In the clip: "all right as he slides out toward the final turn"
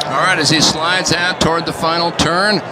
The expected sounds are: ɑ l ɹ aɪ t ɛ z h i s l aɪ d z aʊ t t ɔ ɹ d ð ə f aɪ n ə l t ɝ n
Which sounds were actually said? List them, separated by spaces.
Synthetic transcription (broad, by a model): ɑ l ɹ aɪ t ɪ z i s l aɪ d z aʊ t t ɔ ɹ d ð ə f aɪ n l t ɝ n